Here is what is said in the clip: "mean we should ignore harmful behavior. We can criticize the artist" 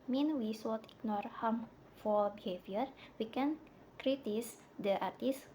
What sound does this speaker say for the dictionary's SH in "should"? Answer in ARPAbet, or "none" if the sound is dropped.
S